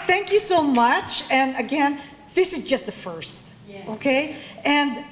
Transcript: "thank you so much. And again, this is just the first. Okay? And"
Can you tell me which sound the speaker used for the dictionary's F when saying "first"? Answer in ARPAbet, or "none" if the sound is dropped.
F